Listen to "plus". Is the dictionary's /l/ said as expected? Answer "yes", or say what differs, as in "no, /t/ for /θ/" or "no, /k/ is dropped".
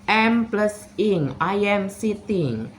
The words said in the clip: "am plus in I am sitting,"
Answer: yes